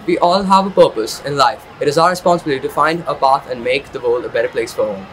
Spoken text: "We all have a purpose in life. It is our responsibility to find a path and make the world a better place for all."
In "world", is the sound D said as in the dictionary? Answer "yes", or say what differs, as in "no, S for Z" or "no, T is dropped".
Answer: no, D is dropped